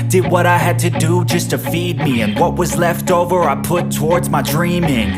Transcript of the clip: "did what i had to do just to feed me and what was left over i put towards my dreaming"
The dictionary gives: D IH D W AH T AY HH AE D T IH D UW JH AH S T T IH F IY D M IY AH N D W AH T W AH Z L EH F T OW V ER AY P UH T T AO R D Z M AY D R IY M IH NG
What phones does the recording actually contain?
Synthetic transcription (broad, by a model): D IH D W AH T AY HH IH D T IH D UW JH AH S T T IH F IY D M IY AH N W AH T W AH Z L EH F T OW V ER AY P UH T T AO R D Z M AY D R IY M IH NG